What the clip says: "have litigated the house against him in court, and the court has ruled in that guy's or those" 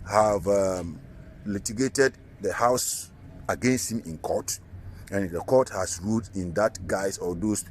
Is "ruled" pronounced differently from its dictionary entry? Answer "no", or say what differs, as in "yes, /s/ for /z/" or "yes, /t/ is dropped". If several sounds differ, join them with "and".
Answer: yes, /l/ is dropped